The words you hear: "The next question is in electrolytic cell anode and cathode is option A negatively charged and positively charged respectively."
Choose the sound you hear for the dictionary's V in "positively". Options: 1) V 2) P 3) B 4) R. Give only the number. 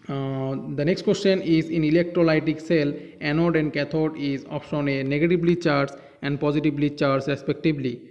3